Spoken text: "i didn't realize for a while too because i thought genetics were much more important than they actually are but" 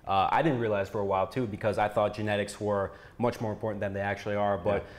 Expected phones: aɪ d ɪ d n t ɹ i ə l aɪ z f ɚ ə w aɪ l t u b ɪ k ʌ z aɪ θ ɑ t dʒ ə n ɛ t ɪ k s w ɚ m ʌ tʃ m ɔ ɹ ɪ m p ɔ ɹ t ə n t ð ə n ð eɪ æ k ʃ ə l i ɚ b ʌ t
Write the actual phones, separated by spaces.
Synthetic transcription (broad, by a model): aɪ d ɪ d n t ɹ i ə l aɪ z f ɚ ə w aɪ l t u b ɪ k ʌ z aɪ θ ɑ t dʒ ə n ɛ t ɪ k s w ɚ m ʌ tʃ m ɔ ɹ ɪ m p ɔ ɹ t n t ð ə n ð eɪ æ k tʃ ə l i ɚ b ʌ t